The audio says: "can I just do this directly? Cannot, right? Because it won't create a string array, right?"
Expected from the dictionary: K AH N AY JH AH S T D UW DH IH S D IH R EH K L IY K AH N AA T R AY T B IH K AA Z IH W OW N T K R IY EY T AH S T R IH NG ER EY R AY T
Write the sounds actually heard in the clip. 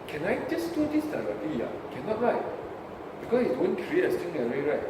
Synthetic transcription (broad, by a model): K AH N AY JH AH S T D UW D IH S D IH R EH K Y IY K AH N AA T R AY T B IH K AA S IH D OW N K R IY EY T AH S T IH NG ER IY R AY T